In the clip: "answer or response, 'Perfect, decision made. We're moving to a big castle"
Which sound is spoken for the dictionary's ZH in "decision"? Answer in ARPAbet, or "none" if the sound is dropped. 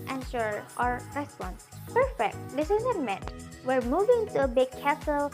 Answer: Z